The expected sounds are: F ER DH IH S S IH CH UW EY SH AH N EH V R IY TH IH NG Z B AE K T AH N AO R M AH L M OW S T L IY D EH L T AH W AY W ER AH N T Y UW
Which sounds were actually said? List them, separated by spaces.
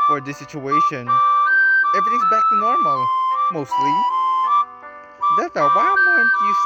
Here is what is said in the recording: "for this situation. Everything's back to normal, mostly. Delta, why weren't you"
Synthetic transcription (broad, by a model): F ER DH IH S S IH CH UW EY SH AH N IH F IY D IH Z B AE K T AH N AO R M L M OW S T L IY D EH T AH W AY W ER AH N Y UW